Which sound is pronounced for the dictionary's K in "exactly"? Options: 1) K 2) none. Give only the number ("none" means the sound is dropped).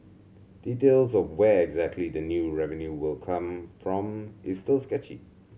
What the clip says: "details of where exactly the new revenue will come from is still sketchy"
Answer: 1